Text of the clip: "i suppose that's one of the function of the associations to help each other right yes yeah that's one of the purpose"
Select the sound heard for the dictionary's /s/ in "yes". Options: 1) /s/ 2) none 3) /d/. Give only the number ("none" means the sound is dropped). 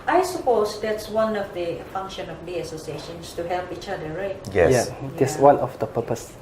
2